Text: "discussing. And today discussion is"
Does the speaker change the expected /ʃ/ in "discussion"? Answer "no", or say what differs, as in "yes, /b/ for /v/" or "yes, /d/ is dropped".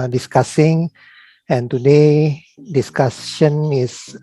yes, /s/ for /ʃ/